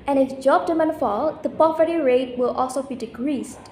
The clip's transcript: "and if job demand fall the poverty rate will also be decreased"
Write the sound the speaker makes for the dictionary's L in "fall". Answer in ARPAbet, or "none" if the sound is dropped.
L